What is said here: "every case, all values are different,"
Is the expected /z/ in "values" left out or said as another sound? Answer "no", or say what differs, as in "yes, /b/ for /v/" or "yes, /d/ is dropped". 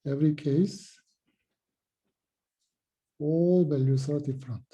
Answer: yes, /s/ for /z/